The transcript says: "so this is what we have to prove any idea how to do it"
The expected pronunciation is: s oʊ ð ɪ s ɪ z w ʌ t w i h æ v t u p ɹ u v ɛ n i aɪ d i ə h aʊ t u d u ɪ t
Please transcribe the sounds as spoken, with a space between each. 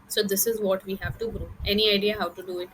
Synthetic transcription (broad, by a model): s oʊ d ɪ s ɪ z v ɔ t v i h æ v t u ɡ ɹ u ɛ n i aɪ d i ə h aʊ t u d u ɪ t